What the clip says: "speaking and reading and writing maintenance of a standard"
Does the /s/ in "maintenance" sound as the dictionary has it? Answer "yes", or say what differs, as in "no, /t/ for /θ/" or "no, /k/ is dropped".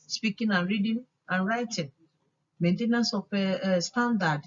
yes